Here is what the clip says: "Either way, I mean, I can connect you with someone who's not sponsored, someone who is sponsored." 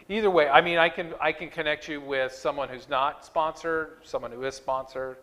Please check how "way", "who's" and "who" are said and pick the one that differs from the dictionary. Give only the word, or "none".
none